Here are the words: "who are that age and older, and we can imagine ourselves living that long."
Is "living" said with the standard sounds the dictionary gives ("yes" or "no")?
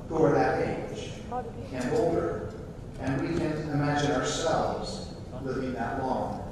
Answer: yes